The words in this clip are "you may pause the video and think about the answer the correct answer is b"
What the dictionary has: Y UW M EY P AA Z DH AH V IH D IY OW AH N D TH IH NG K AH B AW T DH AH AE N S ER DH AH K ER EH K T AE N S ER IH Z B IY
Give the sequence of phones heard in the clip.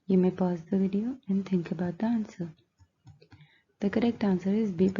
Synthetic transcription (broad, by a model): Y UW M EY P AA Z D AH V IH D IY OW AH N D T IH NG K AH B AW T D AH N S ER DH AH K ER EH K T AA N S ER IH Z B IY